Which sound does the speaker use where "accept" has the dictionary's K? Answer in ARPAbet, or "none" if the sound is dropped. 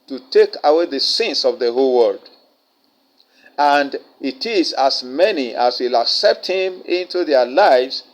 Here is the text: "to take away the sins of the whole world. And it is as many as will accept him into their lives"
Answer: K